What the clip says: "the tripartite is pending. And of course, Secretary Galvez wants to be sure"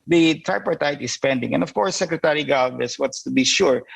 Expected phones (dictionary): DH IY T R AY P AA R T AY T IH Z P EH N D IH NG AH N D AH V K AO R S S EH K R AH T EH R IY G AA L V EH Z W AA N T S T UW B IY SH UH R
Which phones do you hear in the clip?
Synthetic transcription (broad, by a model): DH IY T R AY P AA R T AY T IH S P EH N D IH NG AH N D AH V K AO R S S EH K R AH T EH R IY G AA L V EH S W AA T S T UW B IY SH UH R